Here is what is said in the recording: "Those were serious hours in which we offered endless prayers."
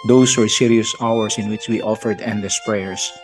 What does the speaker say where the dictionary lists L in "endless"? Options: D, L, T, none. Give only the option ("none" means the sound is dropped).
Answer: none